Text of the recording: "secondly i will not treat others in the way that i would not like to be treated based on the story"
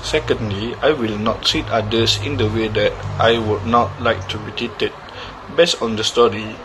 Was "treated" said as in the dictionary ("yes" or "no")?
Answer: no